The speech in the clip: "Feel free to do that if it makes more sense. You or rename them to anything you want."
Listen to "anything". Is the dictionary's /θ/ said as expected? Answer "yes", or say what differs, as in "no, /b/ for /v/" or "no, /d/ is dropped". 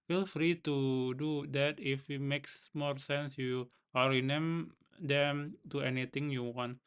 no, /t/ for /θ/